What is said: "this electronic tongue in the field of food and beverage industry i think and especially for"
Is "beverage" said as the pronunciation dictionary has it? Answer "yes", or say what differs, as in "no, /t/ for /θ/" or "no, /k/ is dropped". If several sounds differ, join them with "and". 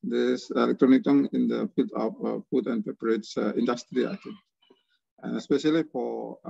no, /p/ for /v/